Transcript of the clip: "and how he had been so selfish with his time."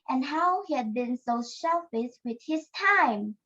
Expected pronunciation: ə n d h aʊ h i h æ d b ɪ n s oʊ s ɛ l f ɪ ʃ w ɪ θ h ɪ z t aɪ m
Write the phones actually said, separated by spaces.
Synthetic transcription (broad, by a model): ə n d h aʊ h i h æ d b ɪ n s oʊ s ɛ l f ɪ s w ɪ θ h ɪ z t aɪ m